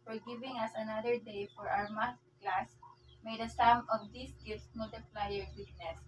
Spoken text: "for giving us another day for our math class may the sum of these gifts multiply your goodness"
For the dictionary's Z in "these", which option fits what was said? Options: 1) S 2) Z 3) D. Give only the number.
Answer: 1